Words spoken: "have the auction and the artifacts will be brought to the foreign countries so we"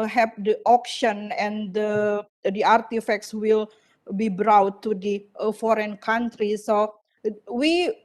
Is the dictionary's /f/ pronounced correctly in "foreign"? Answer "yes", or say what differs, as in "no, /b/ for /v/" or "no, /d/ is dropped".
yes